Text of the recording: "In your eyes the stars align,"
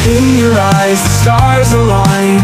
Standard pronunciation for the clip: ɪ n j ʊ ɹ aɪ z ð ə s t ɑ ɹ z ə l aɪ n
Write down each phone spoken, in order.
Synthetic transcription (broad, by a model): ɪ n j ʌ ɹ aɪ z s t ɑ ɹ z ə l aɪ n